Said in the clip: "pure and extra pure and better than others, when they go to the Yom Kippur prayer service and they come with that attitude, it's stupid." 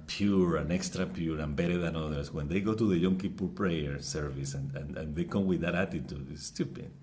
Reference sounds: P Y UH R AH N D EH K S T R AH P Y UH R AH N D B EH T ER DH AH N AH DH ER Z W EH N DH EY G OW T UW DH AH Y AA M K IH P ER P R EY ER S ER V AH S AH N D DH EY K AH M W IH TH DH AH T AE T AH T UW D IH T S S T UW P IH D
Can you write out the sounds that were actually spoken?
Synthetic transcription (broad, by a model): P Y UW R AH N EH K S T R AH P Y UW R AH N B EH T ER DH AH N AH DH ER S W EH N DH EY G OW T UW DH AH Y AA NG K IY P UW P R EY ER S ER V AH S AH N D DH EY K AH M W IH DH AH T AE T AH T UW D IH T S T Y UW P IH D